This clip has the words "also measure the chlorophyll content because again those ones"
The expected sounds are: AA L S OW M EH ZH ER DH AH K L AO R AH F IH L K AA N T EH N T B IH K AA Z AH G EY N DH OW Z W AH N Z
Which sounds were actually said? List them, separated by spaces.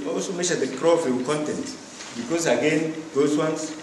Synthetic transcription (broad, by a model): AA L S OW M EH SH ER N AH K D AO AH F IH K AA N T EH N T B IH K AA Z AH G EY N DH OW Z W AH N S